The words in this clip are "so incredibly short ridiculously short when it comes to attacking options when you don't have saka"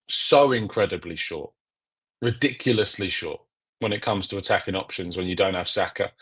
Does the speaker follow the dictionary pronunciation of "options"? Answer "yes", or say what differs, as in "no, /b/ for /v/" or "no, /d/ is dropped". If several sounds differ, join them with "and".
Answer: yes